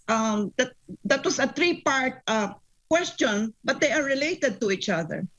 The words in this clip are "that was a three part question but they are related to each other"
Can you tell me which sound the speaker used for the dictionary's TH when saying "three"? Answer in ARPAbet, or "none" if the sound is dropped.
T